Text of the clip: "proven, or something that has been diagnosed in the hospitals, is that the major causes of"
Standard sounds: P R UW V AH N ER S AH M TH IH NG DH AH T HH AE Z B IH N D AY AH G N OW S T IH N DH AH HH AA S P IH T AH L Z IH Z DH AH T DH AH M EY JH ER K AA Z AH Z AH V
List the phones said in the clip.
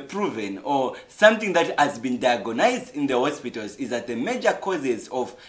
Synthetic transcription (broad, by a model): P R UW V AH N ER S AH M TH IH NG DH AH T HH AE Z B IH N D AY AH G N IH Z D IH N DH AH HH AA S P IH T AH L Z IH Z DH AH T DH AH M EY JH ER K AA Z AH Z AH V